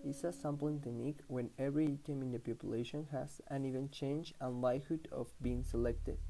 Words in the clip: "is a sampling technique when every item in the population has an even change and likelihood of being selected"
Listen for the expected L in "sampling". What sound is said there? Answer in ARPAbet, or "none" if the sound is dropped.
none